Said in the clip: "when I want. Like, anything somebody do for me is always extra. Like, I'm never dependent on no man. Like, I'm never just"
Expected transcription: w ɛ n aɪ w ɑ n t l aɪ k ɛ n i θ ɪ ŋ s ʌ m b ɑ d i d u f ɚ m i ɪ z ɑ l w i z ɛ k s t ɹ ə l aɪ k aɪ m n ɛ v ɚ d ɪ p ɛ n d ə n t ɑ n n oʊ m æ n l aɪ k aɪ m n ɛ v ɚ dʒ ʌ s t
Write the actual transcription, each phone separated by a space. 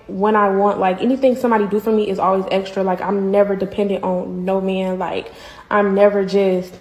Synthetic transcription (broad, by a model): w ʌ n aɪ w ɑ n t l aɪ k ɛ n i θ ɪ ŋ s ʌ m b ɑ d i d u f ɚ m i ɪ z ɑ l w i z ɛ k s t ɹ ə l aɪ k aɪ m n ɛ v ɚ d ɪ p ɛ n d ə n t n n oʊ m æ n l aɪ k aɪ m n ɛ v ɚ dʒ ʌ s t